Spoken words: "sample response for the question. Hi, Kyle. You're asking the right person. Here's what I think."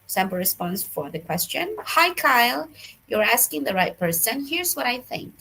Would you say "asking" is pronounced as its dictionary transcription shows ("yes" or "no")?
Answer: yes